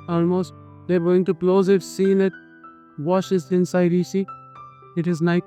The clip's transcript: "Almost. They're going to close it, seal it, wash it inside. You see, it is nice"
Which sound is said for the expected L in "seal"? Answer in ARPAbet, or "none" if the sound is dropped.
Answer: N